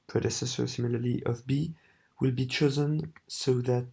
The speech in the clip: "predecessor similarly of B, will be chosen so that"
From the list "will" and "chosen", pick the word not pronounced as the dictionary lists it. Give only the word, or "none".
none